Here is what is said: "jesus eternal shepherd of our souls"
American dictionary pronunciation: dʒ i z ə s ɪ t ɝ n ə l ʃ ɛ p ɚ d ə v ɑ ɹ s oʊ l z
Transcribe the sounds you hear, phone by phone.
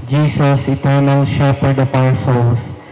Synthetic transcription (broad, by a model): dʒ i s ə s ɪ t ɝ n ə l ʃ ɛ p ɚ d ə p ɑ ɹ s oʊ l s